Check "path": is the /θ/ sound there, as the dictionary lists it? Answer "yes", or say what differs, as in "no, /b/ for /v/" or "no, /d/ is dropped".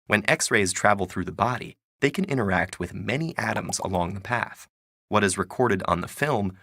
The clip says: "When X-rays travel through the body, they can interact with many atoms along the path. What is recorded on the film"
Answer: yes